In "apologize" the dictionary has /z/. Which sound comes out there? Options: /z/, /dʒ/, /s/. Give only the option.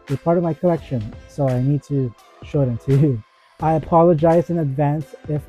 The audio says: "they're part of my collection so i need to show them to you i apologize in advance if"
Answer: /z/